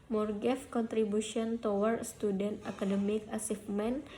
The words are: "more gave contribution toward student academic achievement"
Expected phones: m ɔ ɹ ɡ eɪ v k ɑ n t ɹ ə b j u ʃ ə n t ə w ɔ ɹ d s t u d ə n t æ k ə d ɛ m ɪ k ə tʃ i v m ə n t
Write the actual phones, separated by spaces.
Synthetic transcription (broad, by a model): m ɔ ɹ ɡ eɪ f k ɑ n t ɹ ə b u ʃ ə n t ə w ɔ ɹ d s t u d ə n t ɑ k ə d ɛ m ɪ k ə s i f m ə n